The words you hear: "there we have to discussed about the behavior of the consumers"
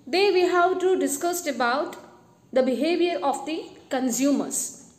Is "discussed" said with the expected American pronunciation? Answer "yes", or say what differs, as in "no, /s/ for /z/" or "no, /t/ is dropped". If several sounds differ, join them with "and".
yes